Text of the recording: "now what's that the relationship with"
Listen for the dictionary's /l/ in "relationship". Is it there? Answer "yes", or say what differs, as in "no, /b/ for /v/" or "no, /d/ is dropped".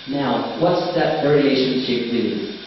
no, /l/ is dropped